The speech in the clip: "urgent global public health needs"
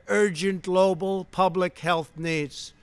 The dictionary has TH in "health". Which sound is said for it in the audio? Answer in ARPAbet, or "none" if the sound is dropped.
TH